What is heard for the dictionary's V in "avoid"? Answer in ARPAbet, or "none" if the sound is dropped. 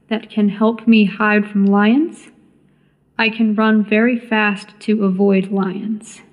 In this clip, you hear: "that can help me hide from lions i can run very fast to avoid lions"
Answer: V